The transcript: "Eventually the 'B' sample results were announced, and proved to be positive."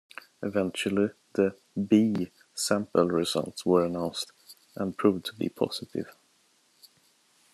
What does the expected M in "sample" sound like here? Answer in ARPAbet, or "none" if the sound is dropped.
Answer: M